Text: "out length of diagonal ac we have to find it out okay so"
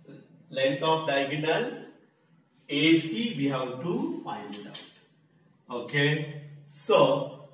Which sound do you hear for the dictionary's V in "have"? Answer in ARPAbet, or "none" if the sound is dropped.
W